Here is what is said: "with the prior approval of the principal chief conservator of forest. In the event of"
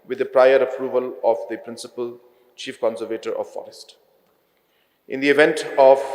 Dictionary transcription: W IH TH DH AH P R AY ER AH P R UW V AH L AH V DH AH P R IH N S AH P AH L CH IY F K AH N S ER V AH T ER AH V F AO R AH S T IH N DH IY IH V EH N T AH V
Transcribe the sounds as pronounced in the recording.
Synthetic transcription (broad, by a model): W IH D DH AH P R AY ER AH P R UW V AH L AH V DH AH P R IH N S AH P AH L CH IY F K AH N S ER V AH T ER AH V F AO R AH S T IH N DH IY IH V EH N T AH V